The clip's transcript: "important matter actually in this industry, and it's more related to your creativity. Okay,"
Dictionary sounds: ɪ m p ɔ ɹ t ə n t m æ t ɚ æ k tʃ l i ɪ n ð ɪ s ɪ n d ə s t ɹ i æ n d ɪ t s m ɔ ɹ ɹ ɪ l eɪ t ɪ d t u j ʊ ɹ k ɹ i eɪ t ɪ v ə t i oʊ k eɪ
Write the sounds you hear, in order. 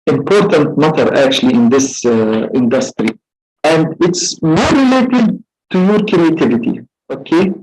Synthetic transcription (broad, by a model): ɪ m p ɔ ɹ t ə n t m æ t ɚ æ k tʃ l i ɪ n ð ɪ s ɪ n d ə s t ɹ i æ n d ɪ t s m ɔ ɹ ɹ ɪ l eɪ t ɪ d t u j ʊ ɹ k ɹ i eɪ t ɪ v ə t i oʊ k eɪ